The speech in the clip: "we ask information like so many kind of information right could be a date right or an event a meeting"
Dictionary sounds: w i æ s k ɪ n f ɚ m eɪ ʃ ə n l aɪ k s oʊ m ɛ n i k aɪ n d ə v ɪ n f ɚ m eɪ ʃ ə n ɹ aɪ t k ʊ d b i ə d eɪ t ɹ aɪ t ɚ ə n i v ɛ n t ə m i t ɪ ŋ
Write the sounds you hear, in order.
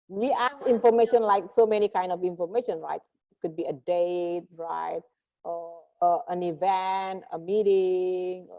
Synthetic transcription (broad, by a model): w i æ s ɪ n f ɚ m eɪ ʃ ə n l aɪ k s oʊ m ɛ n i k aɪ n d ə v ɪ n f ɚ m eɪ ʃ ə n ɹ aɪ t k ʊ d b i ə d eɪ t ɹ aɪ t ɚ ə n i v ɛ n t ə m i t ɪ ŋ